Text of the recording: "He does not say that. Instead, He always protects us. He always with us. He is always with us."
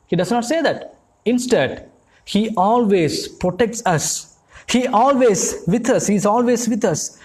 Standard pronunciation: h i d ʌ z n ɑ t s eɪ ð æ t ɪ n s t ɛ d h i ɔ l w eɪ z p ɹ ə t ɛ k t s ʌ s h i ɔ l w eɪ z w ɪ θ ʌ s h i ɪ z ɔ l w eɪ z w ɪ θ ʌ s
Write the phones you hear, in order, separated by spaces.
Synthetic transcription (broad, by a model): h i d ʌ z n ɑ t s eɪ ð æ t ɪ n s t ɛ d h i ɔ l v eɪ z p ɹ ə t ɛ k t s ʌ s h i ɔ l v eɪ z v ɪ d ʌ s h i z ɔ l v eɪ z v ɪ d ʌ s